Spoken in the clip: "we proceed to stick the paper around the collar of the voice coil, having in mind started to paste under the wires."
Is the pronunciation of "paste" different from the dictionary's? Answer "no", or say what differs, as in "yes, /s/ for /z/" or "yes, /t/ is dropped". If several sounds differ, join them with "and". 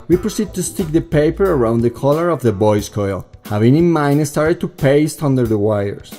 no